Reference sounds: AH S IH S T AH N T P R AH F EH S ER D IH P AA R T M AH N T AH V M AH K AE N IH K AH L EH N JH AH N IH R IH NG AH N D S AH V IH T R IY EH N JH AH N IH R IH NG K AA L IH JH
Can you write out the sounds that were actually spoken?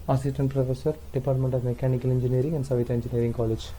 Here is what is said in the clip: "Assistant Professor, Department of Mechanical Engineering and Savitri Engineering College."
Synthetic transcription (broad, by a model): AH S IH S T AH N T P R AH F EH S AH D IH P AA R T M AH N T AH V M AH K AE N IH K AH L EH N JH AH N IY R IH NG AH N D S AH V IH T IY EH N JH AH N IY R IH NG K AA L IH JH